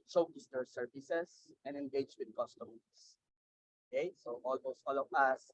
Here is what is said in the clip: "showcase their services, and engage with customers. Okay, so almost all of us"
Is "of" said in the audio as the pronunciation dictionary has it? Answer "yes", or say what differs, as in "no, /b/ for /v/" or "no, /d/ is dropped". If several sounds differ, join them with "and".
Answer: no, /w/ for /v/